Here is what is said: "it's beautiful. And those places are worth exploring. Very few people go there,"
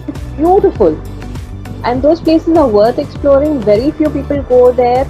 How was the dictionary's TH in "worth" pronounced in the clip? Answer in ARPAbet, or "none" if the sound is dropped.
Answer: T